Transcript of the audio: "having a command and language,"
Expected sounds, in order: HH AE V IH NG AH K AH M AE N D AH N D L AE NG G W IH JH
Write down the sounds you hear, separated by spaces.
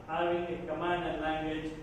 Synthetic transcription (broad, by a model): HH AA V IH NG AH K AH M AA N AH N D L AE NG G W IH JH